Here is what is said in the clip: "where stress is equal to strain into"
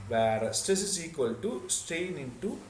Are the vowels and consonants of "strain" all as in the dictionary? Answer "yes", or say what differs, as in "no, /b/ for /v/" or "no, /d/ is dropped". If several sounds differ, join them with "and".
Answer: no, /ɹ/ is dropped